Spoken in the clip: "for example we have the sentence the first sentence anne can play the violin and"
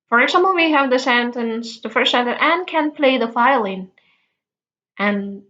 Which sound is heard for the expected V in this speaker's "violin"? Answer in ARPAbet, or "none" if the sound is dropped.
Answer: F